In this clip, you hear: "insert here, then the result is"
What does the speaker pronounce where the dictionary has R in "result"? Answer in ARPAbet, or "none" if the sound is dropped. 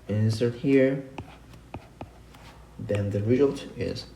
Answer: R